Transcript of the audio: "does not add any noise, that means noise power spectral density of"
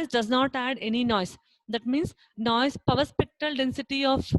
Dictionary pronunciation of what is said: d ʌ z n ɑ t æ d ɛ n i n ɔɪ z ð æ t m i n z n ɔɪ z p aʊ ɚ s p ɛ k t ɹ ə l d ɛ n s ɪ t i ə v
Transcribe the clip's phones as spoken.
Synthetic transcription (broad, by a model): d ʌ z n ɑ t æ d ɛ n i n ɔɪ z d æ t m i n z n ɔɪ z p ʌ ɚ s p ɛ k t ə l d ɛ n s ɪ t i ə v